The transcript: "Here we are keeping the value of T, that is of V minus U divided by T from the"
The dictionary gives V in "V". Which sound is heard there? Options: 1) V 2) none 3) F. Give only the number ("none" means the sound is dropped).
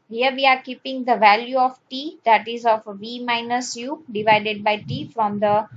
1